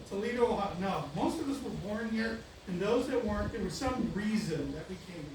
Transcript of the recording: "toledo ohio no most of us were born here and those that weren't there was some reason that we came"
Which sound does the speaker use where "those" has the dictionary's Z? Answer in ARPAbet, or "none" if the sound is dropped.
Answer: Z